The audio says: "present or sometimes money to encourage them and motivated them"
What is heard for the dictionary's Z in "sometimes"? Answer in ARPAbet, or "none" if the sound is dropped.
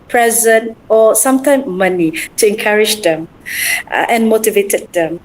none